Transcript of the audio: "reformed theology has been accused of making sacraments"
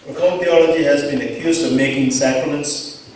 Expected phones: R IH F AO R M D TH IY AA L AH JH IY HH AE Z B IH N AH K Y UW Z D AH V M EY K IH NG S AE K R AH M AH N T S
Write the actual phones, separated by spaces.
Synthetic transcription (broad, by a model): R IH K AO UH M TH IY AA L AH JH IY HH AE Z B IH N AH K Y UW Z D AH V M EY K IH NG S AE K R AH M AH N T S